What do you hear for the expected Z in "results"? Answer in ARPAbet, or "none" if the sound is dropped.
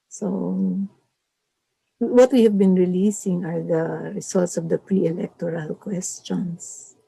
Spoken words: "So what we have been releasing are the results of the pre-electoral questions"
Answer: S